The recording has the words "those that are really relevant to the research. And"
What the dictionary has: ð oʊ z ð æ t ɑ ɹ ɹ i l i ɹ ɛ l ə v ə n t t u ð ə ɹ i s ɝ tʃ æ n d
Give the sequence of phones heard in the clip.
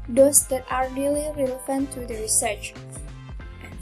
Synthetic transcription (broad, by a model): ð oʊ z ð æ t ɑ ɹ ɹ i l i ɹ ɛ l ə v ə n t t u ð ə ɹ i s ɝ tʃ